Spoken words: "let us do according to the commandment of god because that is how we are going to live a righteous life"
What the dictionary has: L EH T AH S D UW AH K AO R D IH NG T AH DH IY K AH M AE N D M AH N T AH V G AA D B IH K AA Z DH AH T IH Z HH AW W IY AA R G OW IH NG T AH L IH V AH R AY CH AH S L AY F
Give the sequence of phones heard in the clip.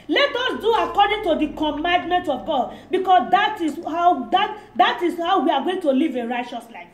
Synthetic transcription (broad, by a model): L EH T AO S D UW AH K AO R D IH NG T AH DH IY K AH M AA N D M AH N T AH V G AA D B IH K AA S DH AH T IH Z HH AW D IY AA W G OW IH NG T AH L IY V AH R AY CH AH S L AY F